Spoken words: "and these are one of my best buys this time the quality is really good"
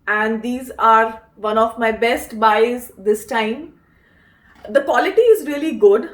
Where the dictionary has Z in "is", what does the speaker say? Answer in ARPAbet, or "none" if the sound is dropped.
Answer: Z